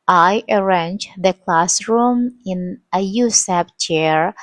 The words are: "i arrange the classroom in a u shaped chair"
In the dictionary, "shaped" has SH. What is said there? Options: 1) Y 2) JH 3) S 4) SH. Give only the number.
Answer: 3